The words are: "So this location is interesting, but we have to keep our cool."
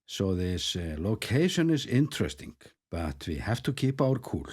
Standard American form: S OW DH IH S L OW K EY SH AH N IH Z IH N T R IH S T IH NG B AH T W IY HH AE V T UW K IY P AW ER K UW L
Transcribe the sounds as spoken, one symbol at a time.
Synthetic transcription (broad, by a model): S OW DH IH S L OW K EY SH AH N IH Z IH N T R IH S T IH NG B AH T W IY HH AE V T UW K IY P AW ER K UW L